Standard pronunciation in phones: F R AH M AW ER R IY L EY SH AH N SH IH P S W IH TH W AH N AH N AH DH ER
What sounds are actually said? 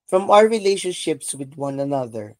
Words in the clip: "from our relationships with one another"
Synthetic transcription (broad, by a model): F R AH M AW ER R IY L EY SH AH N SH IH P S W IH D W AH N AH N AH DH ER